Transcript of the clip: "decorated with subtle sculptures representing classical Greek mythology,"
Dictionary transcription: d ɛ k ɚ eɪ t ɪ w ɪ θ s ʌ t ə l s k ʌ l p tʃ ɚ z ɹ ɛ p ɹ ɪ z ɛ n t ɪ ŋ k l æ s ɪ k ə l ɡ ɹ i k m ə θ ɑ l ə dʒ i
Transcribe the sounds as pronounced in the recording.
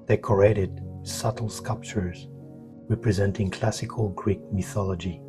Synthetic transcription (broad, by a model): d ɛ k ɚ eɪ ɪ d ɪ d s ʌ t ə l s k ʌ l p tʃ ɚ z ɹ ɛ p ɹ ɪ z ɛ n t ɪ ŋ k l æ s ɪ k ə l ɡ ɹ i k m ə θ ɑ l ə dʒ i